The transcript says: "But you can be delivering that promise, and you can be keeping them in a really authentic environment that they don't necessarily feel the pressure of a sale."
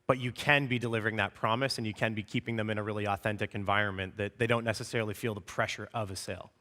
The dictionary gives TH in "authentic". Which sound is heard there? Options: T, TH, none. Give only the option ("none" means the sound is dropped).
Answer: TH